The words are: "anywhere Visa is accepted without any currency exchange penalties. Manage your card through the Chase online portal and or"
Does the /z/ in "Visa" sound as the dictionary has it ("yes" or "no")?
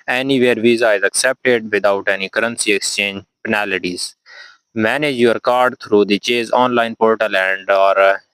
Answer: yes